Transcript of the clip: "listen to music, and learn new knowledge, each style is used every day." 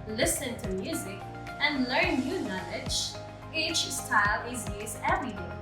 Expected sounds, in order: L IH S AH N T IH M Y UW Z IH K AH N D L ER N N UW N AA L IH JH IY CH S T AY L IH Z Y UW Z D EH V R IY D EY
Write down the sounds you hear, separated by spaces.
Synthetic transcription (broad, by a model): L IH S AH N T IH M Y UW Z IH K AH N L ER N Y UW N AA L IH JH IY CH S T AY L IH Z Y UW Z EH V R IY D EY